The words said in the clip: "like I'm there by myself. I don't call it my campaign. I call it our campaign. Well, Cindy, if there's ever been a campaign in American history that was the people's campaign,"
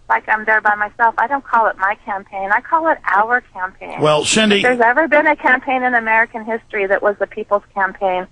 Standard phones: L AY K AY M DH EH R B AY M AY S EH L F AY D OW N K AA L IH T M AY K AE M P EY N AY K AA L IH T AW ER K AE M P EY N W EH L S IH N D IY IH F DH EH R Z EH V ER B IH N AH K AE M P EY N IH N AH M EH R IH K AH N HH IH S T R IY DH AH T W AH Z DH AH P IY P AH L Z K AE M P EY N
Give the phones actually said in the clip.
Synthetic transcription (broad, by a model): L AY K AY M DH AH R B AY M AY S EH L F AY D OW N K AA L IH T M AY K AE M P EY N AY K AA L IH T AW ER K AE M P EY N W EH L SH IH N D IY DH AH R Z EH V ER B IH N AH K AE M P EY N IH N AH M EH R IH K AH N HH IH S T R IY DH AH T W AH Z DH AH P IY P L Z K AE M P EY N